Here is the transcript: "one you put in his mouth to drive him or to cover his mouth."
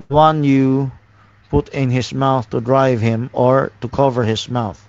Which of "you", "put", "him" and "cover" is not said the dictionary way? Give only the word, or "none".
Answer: none